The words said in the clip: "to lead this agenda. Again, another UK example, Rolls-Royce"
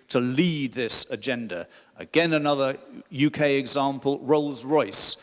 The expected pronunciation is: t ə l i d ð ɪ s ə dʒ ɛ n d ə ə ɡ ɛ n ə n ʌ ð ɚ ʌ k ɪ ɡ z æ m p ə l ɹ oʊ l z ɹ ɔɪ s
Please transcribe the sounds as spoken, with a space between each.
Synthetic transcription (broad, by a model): t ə l i d ð ɪ s ə dʒ ɛ n d ə ə ɡ ɛ n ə n ʌ ð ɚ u k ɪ ɡ z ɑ m p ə l ɹ oʊ l z ɹ ɔɪ s